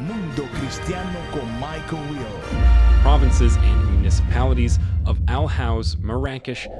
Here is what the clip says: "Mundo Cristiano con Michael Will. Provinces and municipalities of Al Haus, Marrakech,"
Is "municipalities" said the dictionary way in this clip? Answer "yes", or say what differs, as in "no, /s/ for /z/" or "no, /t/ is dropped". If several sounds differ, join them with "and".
yes